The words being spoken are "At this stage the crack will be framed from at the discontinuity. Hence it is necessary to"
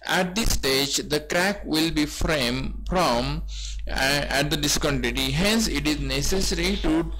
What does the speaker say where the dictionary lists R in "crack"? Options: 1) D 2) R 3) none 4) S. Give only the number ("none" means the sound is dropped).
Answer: 2